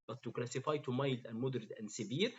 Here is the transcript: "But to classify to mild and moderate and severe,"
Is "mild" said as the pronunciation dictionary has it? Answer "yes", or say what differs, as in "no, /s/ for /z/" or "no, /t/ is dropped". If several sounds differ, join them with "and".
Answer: yes